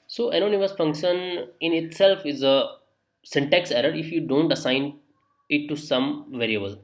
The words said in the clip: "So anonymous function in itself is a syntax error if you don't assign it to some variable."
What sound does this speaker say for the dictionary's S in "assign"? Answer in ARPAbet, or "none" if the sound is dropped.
S